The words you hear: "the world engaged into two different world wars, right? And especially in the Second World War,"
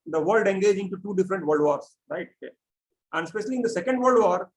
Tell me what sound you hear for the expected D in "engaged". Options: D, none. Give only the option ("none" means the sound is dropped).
none